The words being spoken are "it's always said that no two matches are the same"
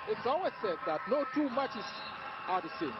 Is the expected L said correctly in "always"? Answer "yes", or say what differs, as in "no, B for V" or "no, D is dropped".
no, L is dropped